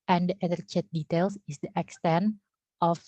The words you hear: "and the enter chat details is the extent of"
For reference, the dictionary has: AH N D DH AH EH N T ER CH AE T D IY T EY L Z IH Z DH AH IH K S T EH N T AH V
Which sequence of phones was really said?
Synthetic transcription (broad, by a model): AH N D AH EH T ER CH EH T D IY T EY L S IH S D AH IH K S T EH N T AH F